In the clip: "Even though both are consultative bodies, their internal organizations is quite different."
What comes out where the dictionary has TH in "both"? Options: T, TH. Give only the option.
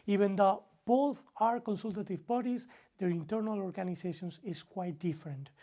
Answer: TH